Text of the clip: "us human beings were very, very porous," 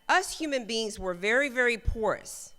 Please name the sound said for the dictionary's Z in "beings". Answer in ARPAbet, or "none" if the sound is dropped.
Z